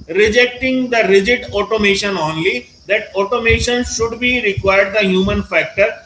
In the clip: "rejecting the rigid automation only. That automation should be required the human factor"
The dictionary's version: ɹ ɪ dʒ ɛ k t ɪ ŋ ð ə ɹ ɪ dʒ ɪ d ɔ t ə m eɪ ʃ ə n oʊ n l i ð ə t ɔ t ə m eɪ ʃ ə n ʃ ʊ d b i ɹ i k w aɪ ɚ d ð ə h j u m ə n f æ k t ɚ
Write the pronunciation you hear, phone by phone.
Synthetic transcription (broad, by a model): ɹ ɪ dʒ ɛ k t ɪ ŋ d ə ɹ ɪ dʒ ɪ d ɔ t ə m eɪ ʃ ə n oʊ n l i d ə t ɔ t ə m eɪ ʃ ə n ʃ ʊ d b i ɹ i k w aɪ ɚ d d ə h j u m ə n f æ k t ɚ